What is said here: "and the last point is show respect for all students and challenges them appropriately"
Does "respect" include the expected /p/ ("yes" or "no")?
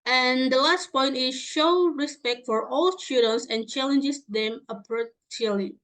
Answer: yes